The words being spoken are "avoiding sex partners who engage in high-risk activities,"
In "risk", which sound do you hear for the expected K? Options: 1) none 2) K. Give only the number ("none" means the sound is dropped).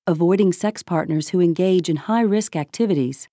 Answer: 2